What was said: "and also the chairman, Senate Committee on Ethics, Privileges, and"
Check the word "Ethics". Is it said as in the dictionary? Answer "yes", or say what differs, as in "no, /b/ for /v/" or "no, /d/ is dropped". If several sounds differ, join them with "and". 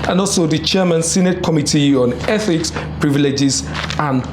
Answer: yes